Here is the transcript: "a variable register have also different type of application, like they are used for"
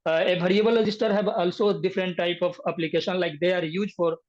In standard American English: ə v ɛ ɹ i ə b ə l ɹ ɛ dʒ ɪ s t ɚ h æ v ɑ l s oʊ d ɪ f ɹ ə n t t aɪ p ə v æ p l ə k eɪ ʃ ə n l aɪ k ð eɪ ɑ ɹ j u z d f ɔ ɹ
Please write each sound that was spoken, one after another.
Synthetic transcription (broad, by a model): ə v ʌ ɹ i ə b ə l ɹ ɛ dʒ ɪ s t ɚ h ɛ b ɑ l s oʊ d ɪ f ɹ ə n t t aɪ p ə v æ p l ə k eɪ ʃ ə n l aɪ k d eɪ ɑ ɹ j u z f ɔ ɹ